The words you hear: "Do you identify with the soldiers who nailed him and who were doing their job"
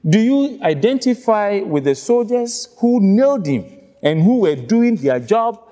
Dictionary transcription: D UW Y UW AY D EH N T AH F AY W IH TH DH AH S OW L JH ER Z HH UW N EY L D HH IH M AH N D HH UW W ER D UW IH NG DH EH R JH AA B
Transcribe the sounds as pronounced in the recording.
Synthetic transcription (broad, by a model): D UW Y UW AY D EH N T AH F AY W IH DH AH S OW L JH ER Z HH UW N EY L D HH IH M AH N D HH UW W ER D UW IH NG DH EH JH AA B